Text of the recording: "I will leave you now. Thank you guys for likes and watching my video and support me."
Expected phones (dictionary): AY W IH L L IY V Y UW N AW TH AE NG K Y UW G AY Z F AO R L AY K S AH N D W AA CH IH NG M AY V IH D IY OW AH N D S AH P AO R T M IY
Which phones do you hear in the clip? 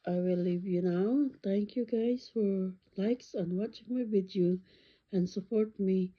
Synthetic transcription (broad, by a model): AY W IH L L IY V Y UW N AW T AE NG K Y UW G AY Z F AO R L AY K S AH N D W AA CH IH NG M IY W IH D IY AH N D S AH P AO R T M IY